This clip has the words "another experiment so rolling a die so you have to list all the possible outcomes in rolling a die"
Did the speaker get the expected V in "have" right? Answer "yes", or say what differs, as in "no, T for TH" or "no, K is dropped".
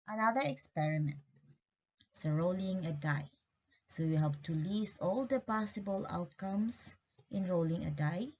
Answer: no, P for V